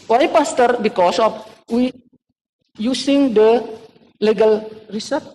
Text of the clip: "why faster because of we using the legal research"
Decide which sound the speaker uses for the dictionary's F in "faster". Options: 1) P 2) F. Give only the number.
1